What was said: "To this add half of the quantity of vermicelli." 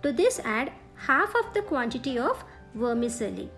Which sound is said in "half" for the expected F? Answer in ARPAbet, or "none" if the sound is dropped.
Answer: F